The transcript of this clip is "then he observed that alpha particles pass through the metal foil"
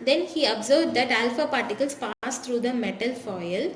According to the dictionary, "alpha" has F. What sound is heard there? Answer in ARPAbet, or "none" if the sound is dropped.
F